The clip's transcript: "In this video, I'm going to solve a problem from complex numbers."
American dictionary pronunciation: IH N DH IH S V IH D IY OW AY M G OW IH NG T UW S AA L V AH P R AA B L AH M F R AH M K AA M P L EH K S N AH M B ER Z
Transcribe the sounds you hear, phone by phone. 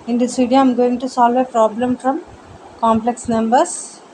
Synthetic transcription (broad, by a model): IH N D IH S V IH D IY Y AY M G OW IH NG T UW S AA L V AH P R AA B L AH M F R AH M K AA M P L EH K S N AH M B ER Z